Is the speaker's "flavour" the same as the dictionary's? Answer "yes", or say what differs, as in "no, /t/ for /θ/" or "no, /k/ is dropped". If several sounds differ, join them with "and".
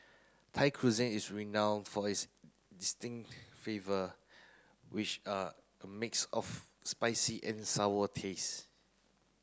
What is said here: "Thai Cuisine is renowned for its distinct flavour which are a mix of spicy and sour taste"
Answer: no, /l/ is dropped